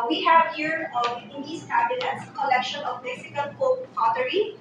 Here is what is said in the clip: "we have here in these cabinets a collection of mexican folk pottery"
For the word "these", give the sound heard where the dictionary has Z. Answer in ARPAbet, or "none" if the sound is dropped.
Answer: S